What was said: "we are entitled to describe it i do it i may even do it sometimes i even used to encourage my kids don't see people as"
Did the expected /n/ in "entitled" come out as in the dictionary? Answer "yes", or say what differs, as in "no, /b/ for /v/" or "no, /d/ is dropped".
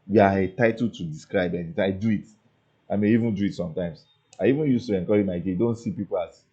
no, /n/ is dropped